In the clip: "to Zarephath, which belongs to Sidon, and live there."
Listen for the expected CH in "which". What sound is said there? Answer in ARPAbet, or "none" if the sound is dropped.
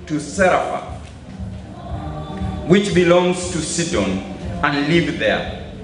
CH